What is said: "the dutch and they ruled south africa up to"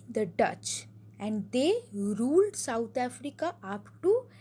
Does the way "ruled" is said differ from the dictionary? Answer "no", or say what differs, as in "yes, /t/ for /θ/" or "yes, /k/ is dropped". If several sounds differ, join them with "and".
no